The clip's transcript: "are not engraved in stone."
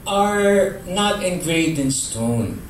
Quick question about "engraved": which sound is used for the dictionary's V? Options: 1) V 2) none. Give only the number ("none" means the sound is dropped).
2